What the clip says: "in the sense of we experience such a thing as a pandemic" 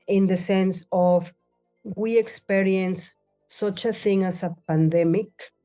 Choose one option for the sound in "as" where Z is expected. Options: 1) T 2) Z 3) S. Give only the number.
3